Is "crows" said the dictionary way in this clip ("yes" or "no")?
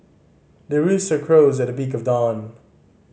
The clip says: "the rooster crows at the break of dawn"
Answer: yes